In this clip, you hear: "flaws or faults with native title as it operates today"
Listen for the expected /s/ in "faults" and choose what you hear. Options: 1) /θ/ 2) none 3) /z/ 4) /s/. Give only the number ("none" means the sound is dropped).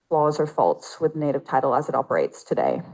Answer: 4